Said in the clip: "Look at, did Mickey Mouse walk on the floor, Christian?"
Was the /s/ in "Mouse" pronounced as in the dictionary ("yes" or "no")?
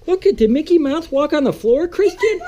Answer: no